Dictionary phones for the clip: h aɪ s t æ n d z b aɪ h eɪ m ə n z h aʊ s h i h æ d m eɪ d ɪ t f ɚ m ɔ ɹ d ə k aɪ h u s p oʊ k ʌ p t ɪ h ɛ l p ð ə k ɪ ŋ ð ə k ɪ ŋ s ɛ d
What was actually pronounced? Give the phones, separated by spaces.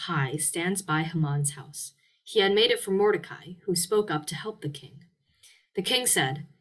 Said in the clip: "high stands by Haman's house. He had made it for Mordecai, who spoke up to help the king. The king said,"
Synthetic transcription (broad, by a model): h aɪ s t æ n d z b aɪ h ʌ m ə n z h aʊ s h i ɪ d m eɪ d ɪ t f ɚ m ɔ ɹ d ə k aɪ h u s p oʊ k ʌ p t ɪ h ɛ l p ð ə k ɪ ŋ ð ə k ɪ ŋ s ɛ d